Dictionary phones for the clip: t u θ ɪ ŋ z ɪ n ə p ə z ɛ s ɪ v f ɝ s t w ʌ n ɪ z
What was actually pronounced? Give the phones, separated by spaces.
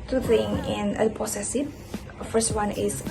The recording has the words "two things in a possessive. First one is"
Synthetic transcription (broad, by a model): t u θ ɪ ŋ ɪ n ə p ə s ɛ s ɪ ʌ f ɝ s t w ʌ n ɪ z